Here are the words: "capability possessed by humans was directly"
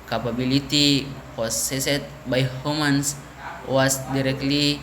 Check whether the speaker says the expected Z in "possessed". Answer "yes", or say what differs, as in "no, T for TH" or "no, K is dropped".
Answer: no, S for Z